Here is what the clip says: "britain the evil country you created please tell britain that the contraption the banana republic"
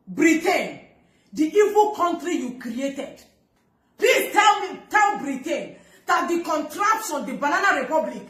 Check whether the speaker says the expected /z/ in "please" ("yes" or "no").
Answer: no